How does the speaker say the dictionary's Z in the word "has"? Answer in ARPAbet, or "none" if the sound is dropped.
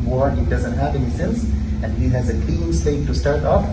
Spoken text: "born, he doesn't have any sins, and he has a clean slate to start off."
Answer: Z